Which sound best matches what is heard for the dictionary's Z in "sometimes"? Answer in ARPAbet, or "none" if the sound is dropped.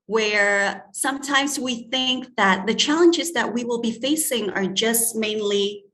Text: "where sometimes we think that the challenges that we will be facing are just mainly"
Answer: Z